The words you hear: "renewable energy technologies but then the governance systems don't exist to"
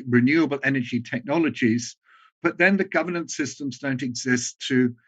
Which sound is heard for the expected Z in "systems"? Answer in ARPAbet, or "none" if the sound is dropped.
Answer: Z